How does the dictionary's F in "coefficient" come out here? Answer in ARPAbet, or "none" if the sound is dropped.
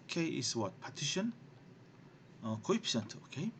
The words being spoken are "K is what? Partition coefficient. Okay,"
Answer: P